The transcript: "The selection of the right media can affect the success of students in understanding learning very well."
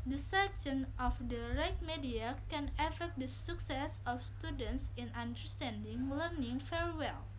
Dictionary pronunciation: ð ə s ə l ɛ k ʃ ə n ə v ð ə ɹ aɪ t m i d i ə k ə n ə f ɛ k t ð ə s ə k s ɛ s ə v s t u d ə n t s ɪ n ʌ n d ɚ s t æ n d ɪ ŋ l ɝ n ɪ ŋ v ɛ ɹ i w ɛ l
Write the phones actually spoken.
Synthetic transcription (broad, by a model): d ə s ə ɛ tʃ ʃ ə n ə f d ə ɹ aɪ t m i d i ə k ə n ə f ɛ k t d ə s ə k s ɛ s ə f s t u d ə n t s ɪ n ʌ n d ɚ s t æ n d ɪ ŋ l ɝ n ɪ ŋ f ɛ ɹ w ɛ l